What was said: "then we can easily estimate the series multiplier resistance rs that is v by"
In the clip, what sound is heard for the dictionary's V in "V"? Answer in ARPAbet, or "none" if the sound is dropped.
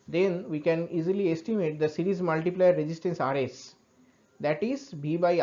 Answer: B